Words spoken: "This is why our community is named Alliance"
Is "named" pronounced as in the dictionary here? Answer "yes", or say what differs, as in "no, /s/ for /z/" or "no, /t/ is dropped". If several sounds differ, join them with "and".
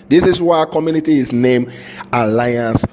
no, /d/ is dropped